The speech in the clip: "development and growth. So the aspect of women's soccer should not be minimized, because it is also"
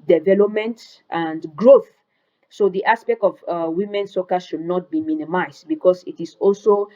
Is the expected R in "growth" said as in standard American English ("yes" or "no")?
yes